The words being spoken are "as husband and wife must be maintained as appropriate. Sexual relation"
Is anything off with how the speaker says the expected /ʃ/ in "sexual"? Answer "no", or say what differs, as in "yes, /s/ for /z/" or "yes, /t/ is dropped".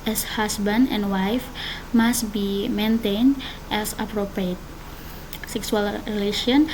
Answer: yes, /s/ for /ʃ/